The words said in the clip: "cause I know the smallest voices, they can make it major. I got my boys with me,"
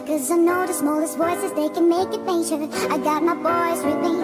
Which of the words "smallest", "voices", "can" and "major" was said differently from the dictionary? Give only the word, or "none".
major